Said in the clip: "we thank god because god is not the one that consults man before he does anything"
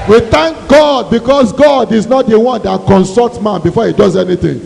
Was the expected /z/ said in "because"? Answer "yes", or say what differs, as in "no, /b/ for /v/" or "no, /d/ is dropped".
no, /s/ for /z/